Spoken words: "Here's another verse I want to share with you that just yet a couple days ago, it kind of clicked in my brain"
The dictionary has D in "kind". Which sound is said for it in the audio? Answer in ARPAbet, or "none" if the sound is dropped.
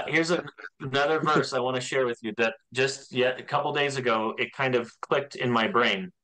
D